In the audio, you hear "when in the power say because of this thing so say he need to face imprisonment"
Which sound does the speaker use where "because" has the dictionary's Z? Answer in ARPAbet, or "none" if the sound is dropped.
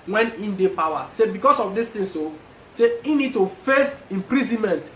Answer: S